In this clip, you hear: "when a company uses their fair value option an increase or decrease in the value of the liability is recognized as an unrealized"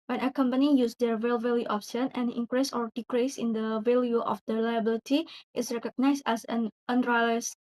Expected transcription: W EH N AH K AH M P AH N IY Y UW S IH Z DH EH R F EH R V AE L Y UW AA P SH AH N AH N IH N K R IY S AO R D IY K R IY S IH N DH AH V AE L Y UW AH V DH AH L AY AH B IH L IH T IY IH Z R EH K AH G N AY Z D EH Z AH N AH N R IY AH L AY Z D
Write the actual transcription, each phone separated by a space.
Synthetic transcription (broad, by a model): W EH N AH K AH M P AH N IY Y UW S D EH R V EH L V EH L Y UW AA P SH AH N AH N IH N K R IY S AO R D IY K R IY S IH N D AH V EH L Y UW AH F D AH L AY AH B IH L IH T IY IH S R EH K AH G N AY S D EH S AH N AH N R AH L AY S